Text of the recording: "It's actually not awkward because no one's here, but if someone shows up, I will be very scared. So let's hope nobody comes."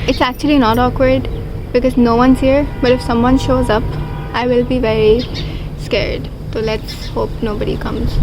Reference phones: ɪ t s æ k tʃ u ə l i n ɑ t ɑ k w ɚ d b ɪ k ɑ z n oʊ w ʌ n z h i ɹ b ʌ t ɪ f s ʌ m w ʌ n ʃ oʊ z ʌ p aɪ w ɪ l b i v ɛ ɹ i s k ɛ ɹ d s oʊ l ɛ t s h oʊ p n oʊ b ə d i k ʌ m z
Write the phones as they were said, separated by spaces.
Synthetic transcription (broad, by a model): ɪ t s æ k tʃ u ə l i n ɑ t ɑ k w ɚ d b ɪ k ɑ z n oʊ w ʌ n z h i ɹ b ʌ t ɪ f s ʌ m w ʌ n ʃ oʊ z ʌ p aɪ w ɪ l b i v ɛ ɹ i s k ɛ ɹ d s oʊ l ɛ t s h oʊ p n oʊ b ə d i k ʌ m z